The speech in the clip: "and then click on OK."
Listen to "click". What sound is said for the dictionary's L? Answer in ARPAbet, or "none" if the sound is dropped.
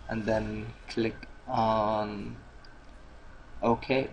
L